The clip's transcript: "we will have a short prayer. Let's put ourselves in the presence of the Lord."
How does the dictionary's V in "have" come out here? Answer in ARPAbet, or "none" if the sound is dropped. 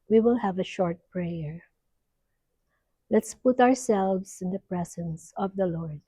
V